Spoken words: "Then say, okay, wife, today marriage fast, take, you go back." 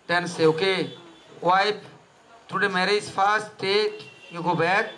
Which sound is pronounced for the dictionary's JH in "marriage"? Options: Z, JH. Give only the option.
Z